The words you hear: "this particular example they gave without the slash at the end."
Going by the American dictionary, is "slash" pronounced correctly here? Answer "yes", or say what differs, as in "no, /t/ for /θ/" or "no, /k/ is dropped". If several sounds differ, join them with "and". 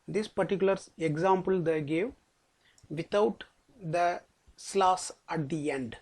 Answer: no, /s/ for /ʃ/